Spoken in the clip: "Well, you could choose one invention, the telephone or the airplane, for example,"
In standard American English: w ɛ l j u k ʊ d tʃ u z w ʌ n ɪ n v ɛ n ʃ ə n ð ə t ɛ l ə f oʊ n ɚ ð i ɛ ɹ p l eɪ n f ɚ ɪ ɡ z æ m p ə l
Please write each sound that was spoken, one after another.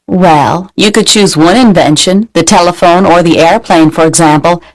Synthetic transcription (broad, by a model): w ɛ l j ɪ k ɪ d tʃ u z w ʌ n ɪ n v ɛ n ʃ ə n ð ə t ɛ l ə f oʊ n ɚ ð i ɛ ɹ p l eɪ n f ɚ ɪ ɡ z æ m p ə l